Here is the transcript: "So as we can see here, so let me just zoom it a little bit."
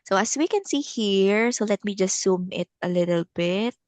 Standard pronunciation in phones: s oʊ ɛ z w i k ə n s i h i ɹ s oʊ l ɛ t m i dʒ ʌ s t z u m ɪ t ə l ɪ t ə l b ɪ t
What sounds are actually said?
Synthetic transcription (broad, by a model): s oʊ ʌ s w i k ə n s i h i ɹ s oʊ l ɛ t m i dʒ ʌ s t s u m ɪ t ə l ɪ t ə l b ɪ t